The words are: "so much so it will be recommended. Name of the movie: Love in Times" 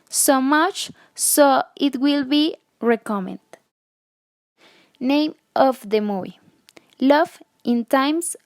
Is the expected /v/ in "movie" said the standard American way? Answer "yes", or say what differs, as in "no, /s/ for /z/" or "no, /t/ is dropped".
no, /v/ is dropped